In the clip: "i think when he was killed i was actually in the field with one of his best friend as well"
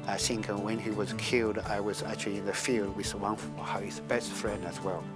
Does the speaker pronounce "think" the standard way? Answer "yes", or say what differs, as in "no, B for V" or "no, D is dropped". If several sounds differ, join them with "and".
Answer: no, S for TH